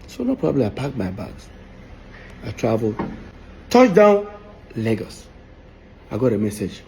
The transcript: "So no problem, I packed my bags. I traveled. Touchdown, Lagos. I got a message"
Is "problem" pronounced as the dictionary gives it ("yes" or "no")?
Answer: no